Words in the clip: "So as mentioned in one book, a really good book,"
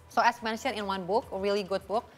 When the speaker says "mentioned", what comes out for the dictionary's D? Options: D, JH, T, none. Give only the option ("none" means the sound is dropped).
none